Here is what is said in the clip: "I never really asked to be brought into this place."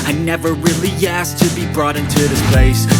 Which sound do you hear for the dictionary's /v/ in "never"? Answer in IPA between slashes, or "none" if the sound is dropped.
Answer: /v/